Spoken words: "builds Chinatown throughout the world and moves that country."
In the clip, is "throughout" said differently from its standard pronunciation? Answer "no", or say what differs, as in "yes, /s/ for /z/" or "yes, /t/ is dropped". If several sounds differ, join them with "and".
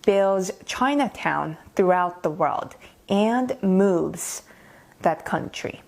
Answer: no